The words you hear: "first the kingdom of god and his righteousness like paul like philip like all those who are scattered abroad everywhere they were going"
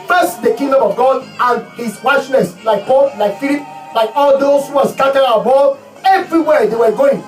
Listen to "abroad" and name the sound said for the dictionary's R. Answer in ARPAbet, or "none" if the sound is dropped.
none